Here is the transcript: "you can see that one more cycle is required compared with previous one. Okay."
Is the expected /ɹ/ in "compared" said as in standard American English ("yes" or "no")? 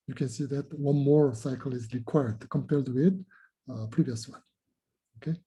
no